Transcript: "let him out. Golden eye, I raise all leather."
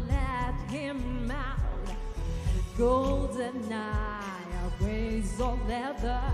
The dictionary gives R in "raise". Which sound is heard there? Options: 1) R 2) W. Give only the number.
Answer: 2